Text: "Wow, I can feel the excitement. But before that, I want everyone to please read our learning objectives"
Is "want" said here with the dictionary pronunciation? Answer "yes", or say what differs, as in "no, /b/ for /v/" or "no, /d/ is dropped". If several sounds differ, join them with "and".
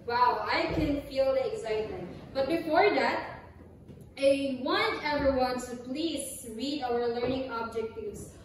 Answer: no, /t/ is dropped